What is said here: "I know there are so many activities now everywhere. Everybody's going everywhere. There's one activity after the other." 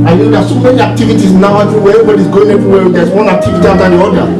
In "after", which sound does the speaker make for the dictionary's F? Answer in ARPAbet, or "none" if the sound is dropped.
none